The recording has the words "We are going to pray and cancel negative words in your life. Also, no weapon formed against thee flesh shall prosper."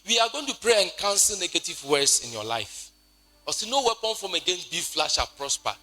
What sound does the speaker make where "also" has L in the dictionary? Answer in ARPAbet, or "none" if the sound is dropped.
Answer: none